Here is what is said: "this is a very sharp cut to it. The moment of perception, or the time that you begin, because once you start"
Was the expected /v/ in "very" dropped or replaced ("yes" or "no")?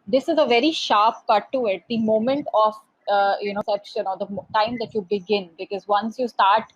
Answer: no